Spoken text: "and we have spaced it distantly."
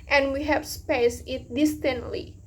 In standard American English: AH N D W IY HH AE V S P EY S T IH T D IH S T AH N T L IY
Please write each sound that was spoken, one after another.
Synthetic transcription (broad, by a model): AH N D W IY HH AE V S P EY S IH T D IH S T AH N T L IY